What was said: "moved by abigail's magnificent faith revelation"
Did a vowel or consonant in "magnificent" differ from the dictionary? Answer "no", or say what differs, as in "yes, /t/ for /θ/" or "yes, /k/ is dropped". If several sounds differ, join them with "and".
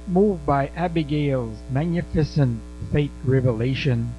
no